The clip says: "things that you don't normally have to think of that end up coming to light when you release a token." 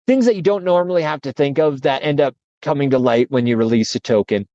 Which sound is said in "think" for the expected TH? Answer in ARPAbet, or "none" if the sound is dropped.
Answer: TH